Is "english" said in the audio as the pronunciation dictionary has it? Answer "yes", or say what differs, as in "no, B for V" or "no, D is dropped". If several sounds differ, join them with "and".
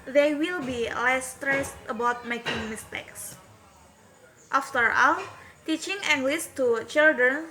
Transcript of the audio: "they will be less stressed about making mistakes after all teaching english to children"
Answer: no, S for SH